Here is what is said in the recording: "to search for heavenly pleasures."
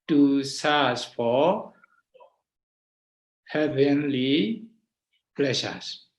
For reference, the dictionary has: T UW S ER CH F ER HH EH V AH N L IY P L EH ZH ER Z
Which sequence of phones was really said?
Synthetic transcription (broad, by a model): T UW S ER S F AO HH EH V AH N L IY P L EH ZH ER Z